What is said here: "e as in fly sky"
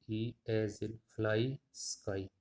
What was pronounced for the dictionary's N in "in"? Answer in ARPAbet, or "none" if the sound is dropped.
L